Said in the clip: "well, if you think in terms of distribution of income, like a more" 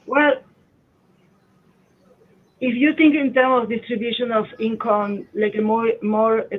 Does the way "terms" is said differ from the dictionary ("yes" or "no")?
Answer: yes